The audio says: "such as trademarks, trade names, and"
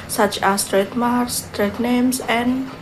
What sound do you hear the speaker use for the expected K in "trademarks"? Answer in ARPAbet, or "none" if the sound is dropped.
none